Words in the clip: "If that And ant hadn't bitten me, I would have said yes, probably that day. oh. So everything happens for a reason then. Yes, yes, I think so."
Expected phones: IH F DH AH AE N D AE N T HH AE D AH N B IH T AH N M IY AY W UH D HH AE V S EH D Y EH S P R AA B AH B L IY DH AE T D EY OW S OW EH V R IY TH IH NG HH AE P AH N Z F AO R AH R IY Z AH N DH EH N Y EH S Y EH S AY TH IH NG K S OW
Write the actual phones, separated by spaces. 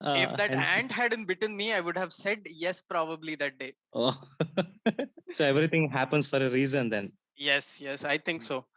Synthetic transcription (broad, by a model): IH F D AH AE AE N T HH AE D AH N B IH T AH N M IY AY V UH D HH AE V S EH D Y EH S P R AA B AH B L IY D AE T D EY OW S OW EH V R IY T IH NG HH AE P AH N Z F AO R AH R IY Z AH N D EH N Y EH S Y EH S AY T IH NG K S OW